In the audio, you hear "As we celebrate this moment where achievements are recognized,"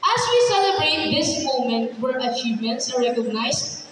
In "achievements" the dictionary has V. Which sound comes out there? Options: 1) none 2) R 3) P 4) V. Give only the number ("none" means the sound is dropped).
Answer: 1